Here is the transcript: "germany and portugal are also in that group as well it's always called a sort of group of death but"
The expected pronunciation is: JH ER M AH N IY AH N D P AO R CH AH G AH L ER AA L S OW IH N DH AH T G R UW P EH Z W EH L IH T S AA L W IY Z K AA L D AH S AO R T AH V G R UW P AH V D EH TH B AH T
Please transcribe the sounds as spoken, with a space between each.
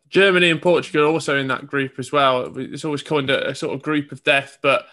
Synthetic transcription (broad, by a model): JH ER M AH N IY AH N P AO CH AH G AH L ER AA L S OW IH N DH AH T G R UW P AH Z W EH L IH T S AA L W IY Z K AA N D AH S AO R T AH V G R UW P AH V D EH TH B AH T